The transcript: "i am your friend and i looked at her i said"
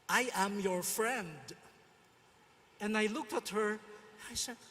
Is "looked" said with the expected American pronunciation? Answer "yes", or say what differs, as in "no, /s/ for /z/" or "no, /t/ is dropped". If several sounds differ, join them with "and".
yes